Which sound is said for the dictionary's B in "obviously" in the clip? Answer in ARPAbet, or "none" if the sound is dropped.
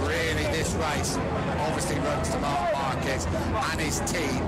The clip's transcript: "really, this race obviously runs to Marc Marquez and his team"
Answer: B